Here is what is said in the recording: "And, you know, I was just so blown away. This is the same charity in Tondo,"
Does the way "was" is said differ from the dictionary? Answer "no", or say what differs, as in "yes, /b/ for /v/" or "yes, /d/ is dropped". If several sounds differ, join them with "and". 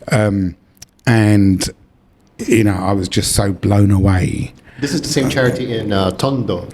no